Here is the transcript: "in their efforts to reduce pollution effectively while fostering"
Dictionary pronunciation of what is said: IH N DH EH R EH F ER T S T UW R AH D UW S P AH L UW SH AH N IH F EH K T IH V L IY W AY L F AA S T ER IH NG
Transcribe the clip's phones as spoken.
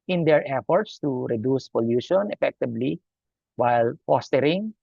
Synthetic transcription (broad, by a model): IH N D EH R EH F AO T S T UW R AH D UW S P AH L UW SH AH N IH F EH K T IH B L IY W AY L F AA S T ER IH NG